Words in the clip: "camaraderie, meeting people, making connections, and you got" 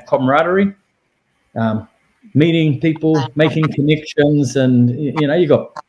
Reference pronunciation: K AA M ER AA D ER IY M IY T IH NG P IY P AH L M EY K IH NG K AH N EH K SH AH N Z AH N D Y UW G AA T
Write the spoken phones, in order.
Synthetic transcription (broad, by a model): K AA M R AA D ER IY M IY T IH NG P IY P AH L M EY K IH NG K AH N EH K SH AH N Z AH N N Y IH G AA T